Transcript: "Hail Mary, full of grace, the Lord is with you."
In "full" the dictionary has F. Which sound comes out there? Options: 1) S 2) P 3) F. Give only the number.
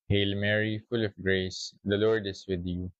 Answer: 3